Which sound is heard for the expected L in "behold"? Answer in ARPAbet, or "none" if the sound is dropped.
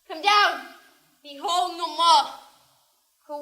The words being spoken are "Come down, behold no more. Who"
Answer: L